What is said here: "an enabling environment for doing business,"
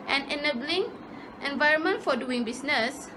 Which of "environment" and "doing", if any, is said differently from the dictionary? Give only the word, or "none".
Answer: none